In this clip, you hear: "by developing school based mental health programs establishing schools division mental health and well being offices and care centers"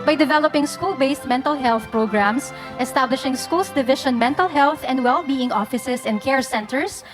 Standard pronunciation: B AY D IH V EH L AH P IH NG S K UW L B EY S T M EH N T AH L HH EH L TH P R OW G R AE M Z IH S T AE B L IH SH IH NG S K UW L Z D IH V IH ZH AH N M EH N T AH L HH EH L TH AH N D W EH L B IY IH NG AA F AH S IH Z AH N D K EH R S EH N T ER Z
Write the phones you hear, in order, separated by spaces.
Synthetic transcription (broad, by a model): B AY D IH V EH L AH P IH NG S K UW L B EY S T M EH N T AH L HH EH L TH P R OW G R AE M S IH S T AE B L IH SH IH NG S K UW L S D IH V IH SH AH N M EH N T AH L HH EH L TH AH N D W EH L B IY IH NG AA F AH S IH S AH N D K EH R S EH N T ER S